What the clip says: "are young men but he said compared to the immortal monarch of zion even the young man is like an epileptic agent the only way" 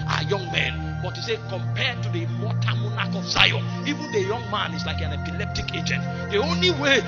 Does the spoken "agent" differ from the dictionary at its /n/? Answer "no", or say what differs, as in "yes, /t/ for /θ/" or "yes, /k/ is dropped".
no